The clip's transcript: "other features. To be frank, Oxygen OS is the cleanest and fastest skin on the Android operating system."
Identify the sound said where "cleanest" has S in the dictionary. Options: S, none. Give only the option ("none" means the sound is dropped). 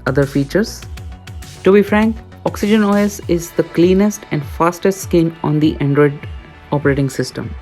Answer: S